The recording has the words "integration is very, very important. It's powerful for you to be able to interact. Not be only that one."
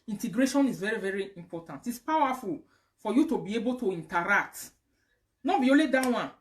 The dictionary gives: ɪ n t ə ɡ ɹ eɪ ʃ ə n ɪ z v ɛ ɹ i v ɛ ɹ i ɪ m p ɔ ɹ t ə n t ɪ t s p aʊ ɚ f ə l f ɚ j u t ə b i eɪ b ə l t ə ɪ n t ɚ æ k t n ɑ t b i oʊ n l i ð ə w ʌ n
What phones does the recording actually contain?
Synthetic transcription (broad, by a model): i n t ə ɡ ɹ eɪ ʃ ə n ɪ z v ɛ ɹ i v ɛ ɹ i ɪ m p ɔ t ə n t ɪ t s p aʊ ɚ f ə l f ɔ j u t ə b i eɪ b ə l t ə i n t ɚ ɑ k t n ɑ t b i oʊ l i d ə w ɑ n